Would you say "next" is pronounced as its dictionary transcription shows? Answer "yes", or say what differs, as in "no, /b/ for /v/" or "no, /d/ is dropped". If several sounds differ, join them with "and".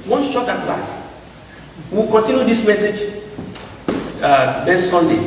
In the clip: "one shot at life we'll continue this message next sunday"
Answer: no, /k/ is dropped